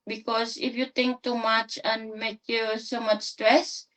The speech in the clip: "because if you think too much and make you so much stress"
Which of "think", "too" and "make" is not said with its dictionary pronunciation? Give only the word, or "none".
think